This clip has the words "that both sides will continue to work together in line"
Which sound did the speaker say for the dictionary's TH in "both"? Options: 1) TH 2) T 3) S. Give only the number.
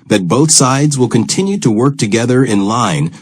1